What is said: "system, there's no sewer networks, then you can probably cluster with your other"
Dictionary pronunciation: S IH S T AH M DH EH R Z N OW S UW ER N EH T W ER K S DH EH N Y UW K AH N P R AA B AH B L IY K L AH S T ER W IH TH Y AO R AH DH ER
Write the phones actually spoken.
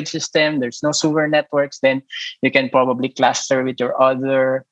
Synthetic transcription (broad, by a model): S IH S T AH M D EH R S N OW S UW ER N EH T W ER K S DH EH N Y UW K AH N P R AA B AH B L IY K L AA S T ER W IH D Y AO R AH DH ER